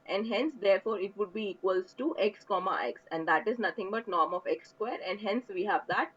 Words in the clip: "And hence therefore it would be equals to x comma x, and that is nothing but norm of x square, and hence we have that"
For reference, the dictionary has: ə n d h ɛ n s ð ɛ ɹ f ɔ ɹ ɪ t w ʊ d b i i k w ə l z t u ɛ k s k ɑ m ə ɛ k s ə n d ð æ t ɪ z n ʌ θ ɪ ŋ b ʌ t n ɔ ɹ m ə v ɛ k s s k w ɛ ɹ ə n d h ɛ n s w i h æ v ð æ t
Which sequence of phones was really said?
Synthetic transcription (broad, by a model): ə n d h ɛ n s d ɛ ɹ f ɔ ɹ ɪ t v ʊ d b i i k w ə l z t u ɛ k s k ɑ m ə ɛ k s ə n d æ t ɪ z n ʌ t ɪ ŋ b ʌ t n ɔ ɹ m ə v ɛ k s s k w ɛ ɹ ə n d h ɛ n s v i h æ v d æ t